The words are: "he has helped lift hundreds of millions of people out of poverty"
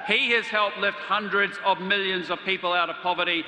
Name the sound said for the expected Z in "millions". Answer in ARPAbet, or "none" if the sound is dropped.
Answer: Z